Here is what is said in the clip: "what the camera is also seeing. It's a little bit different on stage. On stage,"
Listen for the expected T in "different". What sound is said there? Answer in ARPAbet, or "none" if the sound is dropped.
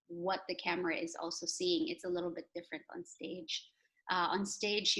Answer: T